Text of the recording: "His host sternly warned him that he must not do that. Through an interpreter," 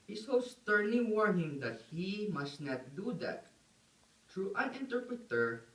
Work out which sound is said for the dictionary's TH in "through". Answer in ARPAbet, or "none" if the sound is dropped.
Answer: T